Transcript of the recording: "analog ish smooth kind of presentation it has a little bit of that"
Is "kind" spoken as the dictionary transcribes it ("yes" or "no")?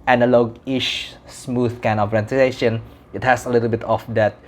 no